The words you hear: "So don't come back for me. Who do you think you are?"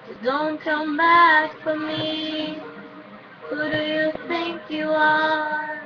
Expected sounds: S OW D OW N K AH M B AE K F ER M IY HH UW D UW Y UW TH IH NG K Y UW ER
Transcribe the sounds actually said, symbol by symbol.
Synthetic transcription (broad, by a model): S D OW N K AH M B AE K F ER M IY HH UW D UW Y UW TH IH NG K Y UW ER